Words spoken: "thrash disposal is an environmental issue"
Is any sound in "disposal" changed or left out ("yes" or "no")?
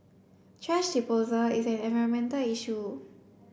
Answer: yes